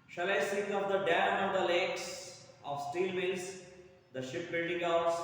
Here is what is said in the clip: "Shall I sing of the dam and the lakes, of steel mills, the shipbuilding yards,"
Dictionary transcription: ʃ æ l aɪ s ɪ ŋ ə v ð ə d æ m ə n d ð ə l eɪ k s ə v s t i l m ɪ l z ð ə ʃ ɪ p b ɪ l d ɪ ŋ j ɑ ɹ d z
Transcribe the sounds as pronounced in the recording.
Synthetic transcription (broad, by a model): ʃ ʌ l aɪ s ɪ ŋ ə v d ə d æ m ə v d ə l eɪ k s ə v s t i l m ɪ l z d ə ʃ ɪ p b ɪ l d ɪ ŋ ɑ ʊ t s